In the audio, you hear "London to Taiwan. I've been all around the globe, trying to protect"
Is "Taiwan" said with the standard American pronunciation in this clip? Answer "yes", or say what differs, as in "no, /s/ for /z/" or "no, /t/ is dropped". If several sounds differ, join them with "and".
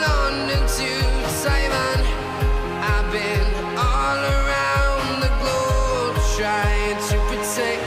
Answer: no, /s/ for /t/